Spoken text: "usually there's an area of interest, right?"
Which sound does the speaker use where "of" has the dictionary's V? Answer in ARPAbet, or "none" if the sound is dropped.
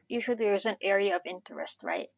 V